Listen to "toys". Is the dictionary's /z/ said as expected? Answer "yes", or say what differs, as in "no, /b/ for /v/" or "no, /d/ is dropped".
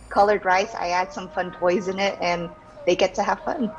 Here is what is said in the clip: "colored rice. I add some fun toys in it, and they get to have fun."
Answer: yes